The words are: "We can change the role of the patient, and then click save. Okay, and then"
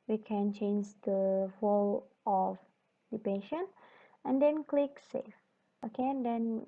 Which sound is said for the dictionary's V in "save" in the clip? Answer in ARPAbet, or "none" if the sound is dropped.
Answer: F